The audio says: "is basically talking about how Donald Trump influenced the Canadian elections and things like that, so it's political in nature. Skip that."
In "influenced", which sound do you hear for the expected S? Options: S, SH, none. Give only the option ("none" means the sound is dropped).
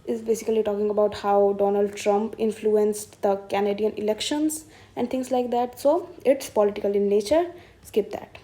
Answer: S